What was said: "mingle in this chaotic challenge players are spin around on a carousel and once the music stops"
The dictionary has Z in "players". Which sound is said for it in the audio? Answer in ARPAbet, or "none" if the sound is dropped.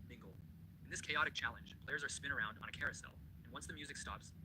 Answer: Z